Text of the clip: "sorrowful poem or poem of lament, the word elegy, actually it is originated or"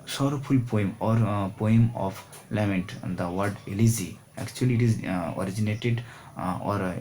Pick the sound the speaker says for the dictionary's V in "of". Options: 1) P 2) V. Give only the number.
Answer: 1